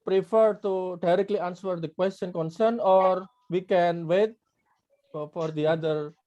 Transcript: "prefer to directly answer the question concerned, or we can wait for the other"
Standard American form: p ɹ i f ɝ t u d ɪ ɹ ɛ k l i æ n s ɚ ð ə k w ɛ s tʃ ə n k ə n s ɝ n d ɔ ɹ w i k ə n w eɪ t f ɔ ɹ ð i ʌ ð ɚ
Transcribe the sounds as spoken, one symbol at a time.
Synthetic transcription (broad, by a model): p ɹ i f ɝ t u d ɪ ɹ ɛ k l i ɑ n s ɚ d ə k w ɛ s tʃ ə n k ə n s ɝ n ɔ ɹ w i k ə n w eɪ t f ɔ ɹ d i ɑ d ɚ